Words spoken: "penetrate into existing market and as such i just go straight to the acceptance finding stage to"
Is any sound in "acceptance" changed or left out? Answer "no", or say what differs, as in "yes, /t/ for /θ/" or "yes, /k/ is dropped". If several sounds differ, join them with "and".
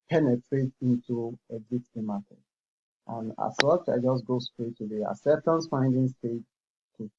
yes, /k/ is dropped and /p/ is dropped